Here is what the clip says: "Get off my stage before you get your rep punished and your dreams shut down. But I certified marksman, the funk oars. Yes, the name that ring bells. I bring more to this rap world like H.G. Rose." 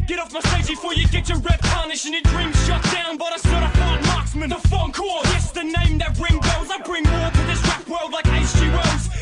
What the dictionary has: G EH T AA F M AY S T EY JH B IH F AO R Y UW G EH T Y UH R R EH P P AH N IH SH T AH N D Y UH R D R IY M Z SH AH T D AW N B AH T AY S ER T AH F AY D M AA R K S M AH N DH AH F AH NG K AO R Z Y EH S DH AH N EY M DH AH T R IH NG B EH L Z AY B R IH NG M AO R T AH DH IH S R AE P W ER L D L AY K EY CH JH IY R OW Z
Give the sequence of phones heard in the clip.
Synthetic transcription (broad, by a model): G EH T AA F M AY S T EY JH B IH F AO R Y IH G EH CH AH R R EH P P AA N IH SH AH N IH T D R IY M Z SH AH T D AW N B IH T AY S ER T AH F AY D M AA R K S M AH N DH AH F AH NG K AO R Y EH S DH AH N EY M DH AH T R IH NG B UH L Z AY B R IH NG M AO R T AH DH IH S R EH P W ER L D L AY K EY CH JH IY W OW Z